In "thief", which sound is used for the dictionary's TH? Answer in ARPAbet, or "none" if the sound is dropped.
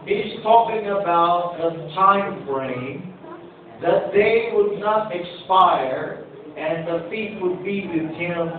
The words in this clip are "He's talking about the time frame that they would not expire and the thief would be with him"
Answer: F